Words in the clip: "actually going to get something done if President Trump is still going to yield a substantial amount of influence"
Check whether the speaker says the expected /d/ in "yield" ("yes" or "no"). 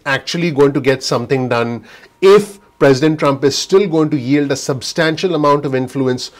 yes